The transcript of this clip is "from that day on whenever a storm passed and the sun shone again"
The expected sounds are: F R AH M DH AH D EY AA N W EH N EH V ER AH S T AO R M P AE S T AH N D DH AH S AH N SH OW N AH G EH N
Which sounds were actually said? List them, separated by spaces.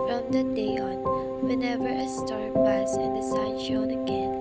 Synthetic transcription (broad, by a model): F R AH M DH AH D EY AA N W EH N EH V ER AH S T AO R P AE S AH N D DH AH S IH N SH OW N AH G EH N